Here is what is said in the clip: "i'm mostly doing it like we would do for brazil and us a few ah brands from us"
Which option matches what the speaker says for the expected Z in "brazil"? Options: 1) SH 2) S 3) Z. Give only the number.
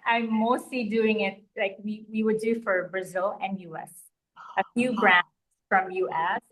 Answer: 3